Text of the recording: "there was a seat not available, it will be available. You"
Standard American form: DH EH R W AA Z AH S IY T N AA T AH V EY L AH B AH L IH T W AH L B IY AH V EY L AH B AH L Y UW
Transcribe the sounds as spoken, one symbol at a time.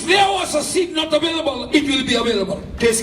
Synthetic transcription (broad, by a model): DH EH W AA S AH S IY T N AA T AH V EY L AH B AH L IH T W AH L B IY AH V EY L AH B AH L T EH